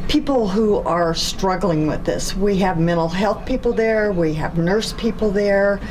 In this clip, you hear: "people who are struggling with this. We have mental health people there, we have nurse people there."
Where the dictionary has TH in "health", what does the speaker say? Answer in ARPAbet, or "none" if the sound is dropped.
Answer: TH